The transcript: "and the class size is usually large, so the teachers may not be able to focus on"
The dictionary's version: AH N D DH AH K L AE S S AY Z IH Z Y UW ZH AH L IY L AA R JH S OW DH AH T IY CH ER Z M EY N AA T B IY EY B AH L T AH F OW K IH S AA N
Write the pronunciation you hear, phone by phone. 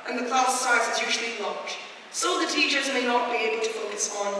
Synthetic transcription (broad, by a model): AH N DH AH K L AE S S AY Z IH Z Y UW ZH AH L IY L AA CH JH S OW DH AH T IY CH ER Z M EY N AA T B IY EY B AH L T AH F OW K IH S N